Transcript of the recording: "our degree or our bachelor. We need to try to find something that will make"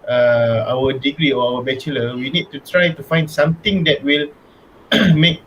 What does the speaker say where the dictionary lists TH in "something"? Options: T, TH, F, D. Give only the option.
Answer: T